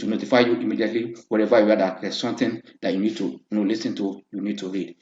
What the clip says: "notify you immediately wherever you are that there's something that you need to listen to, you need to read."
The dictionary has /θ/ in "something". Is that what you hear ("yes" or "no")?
no